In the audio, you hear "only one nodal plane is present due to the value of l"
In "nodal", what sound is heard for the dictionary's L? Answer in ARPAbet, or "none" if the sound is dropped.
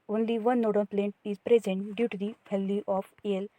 N